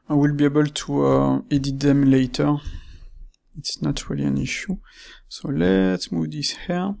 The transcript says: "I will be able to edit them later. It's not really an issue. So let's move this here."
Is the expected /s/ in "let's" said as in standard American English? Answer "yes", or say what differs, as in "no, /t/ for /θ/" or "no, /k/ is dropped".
no, /s/ is dropped